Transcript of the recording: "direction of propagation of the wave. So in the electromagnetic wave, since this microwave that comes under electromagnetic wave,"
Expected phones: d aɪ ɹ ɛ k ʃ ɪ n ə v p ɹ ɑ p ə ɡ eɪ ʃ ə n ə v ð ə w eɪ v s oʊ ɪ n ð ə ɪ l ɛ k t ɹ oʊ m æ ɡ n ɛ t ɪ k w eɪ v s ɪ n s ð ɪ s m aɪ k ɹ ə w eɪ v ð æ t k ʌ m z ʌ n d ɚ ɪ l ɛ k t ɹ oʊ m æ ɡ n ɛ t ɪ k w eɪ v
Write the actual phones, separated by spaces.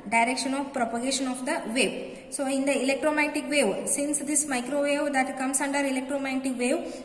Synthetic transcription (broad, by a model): d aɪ ɹ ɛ k ʃ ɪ n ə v p ɹ ɑ p ə ɡ eɪ ʃ ə n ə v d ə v eɪ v s oʊ ɪ n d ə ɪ l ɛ k t ɹ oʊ m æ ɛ t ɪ k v eɪ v s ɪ n s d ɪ s m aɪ k ɹ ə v eɪ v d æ t k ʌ m s ʌ n d ɚ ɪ l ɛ k t ɹ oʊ m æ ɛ t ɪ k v eɪ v